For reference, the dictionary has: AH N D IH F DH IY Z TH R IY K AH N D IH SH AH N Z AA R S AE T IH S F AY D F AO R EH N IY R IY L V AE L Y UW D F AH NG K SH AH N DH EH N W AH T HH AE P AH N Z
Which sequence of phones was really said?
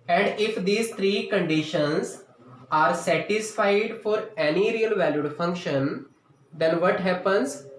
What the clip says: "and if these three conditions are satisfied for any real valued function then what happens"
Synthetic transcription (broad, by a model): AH N D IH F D IY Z T R IY K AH N D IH SH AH N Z AA R S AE T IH S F AY D F AO R EH N IY R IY L V AE L Y UW D F AH NG K SH AH N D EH N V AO T HH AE P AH N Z